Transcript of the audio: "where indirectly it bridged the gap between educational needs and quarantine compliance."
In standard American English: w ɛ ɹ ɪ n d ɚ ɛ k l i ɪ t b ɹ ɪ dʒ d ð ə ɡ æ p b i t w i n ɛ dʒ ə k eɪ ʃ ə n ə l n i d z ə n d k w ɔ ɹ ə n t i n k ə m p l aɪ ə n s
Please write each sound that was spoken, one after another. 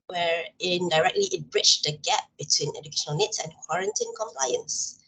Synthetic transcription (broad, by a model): w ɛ ɹ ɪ n d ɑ ɛ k l i ɪ t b ɹ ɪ tʃ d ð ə ɡ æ p b i t w i n ɛ dʒ ə k eɪ ʃ ə n ə l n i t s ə n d k w ɔ ɹ ə n t i n k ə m p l aɪ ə n s